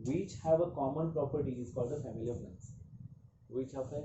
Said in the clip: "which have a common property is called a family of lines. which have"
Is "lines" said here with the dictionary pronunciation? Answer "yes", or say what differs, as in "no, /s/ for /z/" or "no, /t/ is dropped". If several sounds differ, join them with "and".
no, /n/ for /l/